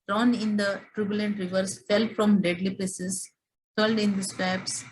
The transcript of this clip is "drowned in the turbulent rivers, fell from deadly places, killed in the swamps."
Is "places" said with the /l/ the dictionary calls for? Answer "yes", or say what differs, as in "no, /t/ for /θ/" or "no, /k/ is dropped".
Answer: no, /l/ is dropped